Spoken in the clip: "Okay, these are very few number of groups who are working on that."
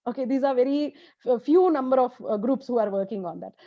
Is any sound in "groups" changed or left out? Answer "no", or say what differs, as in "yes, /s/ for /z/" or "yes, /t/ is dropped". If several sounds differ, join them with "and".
no